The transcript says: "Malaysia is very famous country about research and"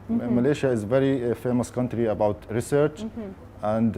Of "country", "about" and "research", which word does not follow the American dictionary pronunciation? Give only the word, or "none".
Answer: none